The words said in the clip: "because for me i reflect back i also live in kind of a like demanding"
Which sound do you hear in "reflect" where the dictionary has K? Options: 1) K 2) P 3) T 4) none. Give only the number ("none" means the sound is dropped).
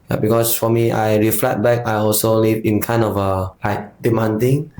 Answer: 4